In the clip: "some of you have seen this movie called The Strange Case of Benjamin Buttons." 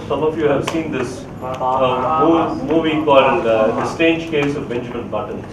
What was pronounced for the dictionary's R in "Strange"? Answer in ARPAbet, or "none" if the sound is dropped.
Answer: none